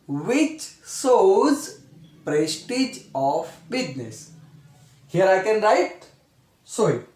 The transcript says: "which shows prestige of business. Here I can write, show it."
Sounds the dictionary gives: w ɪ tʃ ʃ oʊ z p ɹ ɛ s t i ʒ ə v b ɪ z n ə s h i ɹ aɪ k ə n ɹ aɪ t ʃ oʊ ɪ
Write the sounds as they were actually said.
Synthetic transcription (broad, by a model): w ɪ tʃ s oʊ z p ɹ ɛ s t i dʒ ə f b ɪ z n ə s h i ɹ aɪ k ə n ɹ aɪ t s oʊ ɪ